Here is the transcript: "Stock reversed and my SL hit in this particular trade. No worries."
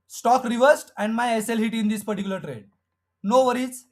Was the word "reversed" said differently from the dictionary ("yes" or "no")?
no